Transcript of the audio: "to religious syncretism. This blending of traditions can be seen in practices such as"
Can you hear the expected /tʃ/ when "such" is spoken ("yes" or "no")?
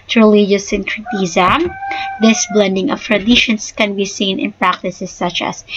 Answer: yes